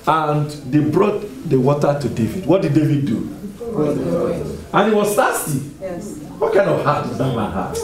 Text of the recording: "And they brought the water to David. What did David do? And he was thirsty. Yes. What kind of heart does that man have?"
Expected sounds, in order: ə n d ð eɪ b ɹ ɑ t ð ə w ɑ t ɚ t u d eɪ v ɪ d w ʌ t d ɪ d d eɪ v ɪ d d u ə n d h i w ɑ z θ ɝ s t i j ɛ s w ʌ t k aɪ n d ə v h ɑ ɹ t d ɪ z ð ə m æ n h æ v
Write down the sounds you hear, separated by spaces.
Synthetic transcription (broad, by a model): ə n d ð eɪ b ɹ ɑ t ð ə w ɑ t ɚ t u d eɪ v ɪ d w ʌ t d ɪ d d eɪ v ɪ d d u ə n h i w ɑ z t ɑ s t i w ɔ t k aɪ n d ə v h ɑ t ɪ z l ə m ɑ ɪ h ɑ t